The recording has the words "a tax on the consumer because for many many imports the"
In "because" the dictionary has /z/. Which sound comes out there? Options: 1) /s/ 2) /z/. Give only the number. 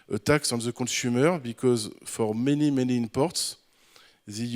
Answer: 2